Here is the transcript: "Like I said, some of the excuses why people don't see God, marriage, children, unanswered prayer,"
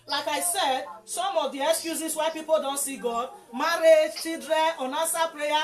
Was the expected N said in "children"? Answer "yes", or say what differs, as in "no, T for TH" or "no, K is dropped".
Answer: no, N is dropped